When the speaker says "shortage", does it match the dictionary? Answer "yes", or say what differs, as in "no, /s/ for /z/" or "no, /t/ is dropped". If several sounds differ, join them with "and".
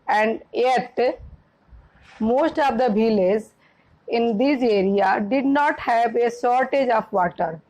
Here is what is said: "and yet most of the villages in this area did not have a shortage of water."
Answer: no, /s/ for /ʃ/